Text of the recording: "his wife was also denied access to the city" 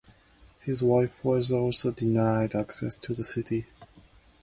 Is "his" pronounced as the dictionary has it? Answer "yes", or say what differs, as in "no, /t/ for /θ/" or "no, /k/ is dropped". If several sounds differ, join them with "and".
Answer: yes